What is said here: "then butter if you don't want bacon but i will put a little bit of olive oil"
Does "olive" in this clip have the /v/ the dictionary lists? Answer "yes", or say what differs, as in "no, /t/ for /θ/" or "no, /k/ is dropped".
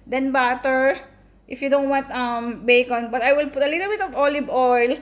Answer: no, /b/ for /v/